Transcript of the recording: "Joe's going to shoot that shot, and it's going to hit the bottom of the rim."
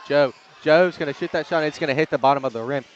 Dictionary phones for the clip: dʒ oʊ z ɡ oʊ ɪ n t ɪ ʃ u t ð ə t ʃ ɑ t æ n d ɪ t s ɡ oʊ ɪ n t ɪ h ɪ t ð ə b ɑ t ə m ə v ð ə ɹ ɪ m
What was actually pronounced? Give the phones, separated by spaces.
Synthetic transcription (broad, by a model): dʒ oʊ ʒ oʊ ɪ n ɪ ʃ u t ð ə t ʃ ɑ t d ɪ t s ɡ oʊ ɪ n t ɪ h ɪ t ð ə b ɑ t ə m ə v ð ə ɹ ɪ m